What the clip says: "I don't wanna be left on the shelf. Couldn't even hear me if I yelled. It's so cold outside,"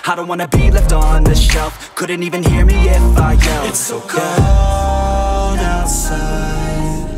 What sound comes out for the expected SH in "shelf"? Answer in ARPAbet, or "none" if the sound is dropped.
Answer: SH